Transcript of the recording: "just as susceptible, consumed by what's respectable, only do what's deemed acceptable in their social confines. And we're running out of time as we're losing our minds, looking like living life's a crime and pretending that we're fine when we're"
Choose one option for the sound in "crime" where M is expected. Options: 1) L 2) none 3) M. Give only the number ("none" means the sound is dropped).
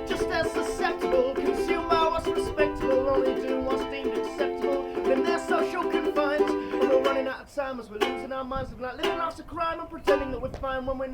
3